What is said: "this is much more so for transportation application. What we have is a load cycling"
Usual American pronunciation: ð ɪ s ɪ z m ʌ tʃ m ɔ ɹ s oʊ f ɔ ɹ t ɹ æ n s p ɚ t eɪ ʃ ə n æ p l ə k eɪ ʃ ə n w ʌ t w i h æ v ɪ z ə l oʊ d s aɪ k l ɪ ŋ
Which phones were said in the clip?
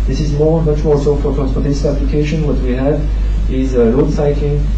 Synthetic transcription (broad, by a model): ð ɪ s ɪ z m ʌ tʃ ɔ l s oʊ f ɔ ɹ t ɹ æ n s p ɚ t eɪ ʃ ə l æ p l ə k eɪ ʃ ə n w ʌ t w i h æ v ɪ z ə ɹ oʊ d s aɪ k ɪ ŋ